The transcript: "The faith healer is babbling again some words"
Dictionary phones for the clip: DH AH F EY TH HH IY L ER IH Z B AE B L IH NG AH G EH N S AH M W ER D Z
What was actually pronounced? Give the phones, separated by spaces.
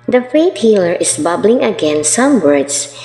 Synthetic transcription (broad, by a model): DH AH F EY T HH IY L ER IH S B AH B L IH NG AH G EH N S AH M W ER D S